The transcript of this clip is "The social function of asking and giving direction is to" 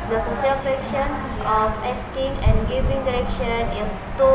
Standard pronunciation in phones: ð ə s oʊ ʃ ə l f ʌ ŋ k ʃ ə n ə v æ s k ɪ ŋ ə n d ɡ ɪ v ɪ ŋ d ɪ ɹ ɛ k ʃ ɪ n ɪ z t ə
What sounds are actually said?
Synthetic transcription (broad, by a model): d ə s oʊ s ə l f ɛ k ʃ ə n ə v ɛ s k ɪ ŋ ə n ɡ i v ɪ ŋ d ɪ ɹ ɛ k ʃ ɪ n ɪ s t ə